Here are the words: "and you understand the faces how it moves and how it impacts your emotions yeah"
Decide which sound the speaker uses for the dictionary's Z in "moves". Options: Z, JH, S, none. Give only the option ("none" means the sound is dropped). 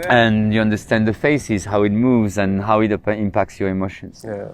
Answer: Z